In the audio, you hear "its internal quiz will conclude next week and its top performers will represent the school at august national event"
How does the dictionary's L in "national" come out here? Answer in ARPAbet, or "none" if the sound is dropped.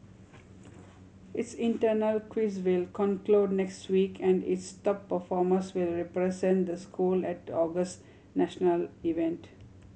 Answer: L